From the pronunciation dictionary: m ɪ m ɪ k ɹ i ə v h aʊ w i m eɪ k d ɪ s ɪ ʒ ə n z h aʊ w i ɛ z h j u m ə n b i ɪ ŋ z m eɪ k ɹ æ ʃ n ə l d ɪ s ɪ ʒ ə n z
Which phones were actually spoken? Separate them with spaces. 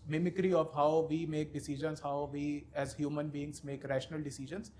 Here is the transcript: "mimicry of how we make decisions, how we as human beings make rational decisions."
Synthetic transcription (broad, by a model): m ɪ m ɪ k ɹ i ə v h aʊ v i m eɪ k d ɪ s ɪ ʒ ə n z h aʊ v i ɛ z h j u m ə n b i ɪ ŋ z m eɪ k ɹ æ ʃ n ə l d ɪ s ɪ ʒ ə n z